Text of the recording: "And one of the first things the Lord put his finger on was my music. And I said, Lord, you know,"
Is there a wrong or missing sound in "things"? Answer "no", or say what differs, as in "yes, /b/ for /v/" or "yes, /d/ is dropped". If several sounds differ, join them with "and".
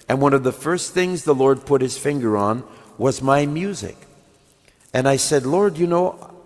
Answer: no